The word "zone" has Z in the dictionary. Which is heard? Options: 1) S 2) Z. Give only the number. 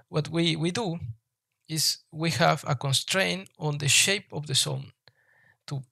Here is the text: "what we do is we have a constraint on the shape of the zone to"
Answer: 1